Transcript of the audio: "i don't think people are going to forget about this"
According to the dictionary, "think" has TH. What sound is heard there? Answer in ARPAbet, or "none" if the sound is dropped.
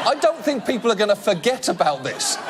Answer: TH